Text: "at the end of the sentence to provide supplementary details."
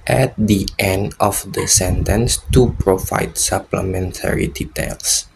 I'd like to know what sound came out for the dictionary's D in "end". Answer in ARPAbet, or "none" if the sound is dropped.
D